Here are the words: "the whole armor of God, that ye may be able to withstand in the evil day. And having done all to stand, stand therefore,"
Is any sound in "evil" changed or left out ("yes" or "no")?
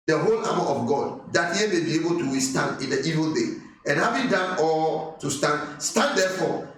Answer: no